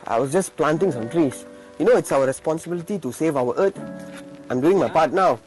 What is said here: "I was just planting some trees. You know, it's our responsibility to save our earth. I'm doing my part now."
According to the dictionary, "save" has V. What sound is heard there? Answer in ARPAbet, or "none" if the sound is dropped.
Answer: V